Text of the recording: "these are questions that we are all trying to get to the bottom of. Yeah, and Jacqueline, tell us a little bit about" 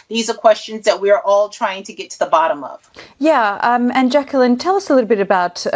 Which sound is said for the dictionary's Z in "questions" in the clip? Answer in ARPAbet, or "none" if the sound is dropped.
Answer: Z